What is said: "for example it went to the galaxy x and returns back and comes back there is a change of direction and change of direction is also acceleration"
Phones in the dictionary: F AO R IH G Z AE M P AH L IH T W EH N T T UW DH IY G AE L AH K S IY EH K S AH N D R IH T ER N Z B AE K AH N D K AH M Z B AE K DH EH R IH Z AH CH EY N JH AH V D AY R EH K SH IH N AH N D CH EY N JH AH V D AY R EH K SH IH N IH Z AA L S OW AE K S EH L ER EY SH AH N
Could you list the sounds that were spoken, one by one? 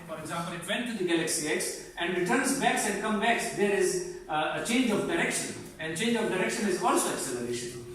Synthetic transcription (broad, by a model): F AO R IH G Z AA M P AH L IH T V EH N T T UW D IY G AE L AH K S IY EH K S AH N D R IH T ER N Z B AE K AH N D K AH M B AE K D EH R IH Z AH CH EY N JH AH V D AY R EH K SH IH N AH N D CH EY N JH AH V D AY R EH K SH IH N IH Z AA L S OW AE K S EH L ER EY SH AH N